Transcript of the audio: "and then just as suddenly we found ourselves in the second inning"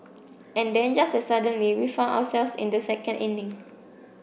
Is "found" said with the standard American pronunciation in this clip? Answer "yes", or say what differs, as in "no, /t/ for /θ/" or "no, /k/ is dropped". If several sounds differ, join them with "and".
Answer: no, /d/ is dropped